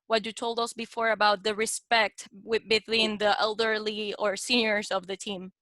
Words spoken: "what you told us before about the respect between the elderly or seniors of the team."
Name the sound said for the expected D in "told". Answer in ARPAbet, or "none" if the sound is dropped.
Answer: D